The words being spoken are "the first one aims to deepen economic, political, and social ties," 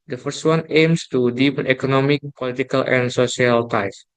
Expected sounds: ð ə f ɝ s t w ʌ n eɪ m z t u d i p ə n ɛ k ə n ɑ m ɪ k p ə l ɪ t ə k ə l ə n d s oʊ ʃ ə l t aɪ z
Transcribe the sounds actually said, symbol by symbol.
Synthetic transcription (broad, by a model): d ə f ɝ s t w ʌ n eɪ m s t u d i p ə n ɛ k ə n ɑ m ɪ k p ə l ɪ t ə k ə l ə n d s oʊ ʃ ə l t aɪ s